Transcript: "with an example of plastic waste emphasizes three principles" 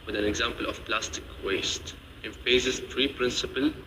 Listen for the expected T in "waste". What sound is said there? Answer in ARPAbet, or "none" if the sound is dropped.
T